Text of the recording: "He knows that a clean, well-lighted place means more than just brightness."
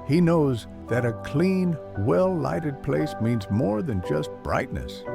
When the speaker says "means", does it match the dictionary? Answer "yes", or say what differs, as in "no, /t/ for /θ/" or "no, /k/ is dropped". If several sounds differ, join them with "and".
yes